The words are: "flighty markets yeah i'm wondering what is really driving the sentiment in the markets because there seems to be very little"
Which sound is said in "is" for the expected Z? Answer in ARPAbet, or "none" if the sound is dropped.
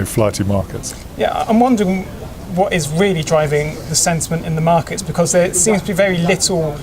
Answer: Z